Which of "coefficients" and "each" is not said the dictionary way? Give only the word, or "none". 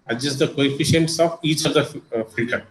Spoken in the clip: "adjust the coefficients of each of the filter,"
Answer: none